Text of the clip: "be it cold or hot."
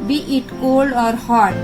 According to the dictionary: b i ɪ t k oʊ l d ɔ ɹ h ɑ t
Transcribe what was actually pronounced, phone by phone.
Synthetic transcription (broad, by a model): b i ɪ t k oʊ l d ɔ ɹ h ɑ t